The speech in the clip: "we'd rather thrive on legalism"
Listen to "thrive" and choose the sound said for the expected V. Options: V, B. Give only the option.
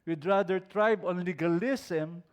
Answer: B